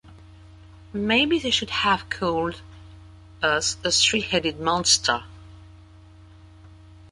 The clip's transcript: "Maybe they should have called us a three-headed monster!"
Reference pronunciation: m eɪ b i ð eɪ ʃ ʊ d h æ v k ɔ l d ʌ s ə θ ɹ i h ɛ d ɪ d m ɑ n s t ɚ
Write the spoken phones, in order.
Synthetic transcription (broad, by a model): m eɪ b i ð eɪ ʃ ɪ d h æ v k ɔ l d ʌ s ə s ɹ i h ɛ d ɪ d m ɑ n s t ɚ